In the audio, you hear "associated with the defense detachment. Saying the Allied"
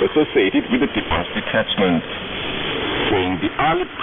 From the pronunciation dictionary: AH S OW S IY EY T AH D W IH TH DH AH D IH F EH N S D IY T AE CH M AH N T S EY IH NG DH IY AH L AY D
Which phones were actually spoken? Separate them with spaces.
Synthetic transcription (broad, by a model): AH S OW S IY EY T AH D W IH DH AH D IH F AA S D IY T AE CH M AH N T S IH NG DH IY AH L